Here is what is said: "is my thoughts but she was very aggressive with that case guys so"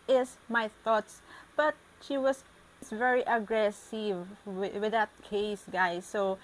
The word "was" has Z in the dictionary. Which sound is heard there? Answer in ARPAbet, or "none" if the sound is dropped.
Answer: S